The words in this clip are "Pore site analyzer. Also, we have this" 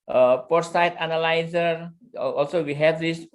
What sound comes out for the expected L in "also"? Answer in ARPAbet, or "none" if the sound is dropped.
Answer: L